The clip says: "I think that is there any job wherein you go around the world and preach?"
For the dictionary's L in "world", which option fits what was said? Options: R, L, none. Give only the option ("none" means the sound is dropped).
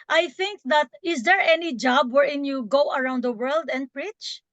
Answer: L